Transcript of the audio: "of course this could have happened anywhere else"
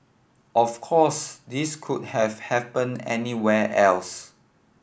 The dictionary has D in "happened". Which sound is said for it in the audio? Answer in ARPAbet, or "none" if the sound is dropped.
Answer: none